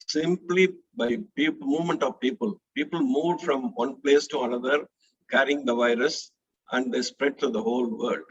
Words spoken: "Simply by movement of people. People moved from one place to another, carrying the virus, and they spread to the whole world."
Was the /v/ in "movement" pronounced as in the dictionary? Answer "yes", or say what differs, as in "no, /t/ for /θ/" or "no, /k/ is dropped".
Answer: yes